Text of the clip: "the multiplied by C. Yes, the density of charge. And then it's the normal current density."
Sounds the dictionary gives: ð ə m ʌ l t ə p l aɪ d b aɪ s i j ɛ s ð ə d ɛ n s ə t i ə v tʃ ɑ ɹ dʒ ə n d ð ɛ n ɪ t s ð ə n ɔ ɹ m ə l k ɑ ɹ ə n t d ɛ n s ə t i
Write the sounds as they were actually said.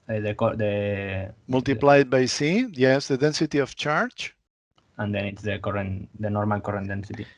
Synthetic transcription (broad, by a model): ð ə m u l t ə p l aɪ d b aɪ s i j ɛ s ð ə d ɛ n s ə t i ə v tʃ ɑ ɹ tʃ ə n d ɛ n ɪ t s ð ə n ɔ ɹ m ə l k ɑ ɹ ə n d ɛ n s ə t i